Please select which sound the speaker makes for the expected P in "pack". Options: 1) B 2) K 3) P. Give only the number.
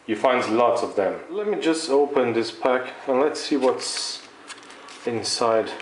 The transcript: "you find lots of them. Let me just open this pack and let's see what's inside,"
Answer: 3